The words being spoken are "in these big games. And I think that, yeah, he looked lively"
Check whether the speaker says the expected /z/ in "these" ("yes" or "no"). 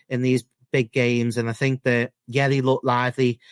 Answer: yes